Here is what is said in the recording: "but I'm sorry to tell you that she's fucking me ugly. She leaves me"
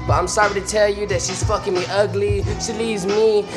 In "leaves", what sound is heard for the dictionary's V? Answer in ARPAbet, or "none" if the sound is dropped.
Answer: none